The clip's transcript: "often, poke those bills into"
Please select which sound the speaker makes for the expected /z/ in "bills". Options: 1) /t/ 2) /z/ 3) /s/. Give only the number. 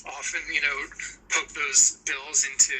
2